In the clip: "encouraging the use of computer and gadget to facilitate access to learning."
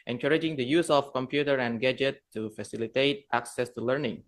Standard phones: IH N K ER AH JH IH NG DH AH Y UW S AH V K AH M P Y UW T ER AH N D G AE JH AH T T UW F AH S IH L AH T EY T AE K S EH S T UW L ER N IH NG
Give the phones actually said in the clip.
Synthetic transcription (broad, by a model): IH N K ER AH JH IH NG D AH Y UW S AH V K AH M P Y UW T ER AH N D G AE JH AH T T UW F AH S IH L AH T EY T AE K S EH S T UW L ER N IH NG